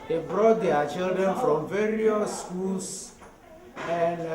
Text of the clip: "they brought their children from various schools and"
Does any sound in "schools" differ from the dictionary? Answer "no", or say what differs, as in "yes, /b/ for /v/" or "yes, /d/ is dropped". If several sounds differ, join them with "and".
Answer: yes, /s/ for /z/